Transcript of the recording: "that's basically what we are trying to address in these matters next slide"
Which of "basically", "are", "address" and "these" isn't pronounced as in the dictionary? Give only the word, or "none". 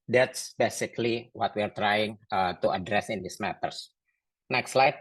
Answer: these